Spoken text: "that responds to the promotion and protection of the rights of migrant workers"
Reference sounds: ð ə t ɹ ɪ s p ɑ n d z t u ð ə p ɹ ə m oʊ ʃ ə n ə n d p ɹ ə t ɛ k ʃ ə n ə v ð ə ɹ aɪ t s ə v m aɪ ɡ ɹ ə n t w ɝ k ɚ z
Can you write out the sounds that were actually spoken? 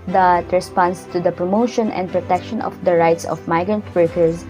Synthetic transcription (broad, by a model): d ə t ɹ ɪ s p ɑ n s t u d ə p ɹ ə m oʊ ʃ ə n ə n d p ɹ ə t ɛ k ʃ ə n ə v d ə ɹ aɪ t s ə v m aɪ ɡ ɹ ə n t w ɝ k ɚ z